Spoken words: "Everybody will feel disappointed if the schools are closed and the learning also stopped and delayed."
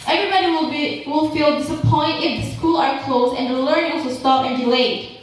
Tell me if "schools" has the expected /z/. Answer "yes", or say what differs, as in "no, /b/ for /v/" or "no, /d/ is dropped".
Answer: no, /z/ is dropped